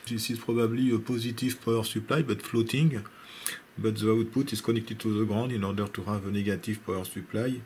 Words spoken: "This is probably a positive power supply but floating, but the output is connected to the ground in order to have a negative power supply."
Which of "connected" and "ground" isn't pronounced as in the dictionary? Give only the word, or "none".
ground